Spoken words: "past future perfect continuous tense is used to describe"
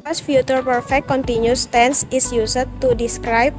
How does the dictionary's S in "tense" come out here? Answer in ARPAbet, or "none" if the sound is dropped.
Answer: S